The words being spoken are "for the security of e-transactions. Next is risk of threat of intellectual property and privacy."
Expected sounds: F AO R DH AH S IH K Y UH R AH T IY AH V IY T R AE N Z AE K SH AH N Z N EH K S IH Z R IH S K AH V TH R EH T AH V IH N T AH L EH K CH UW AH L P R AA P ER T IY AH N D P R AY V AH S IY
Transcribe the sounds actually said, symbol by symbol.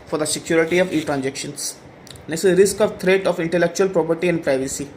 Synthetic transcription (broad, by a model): F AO R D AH S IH K Y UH R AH T IY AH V IY T R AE N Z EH K SH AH N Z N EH S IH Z R IH S K AH V T R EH T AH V IH N T AH L EH K CH UW AH L P R AA P ER T IY AH N D P R AY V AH S IY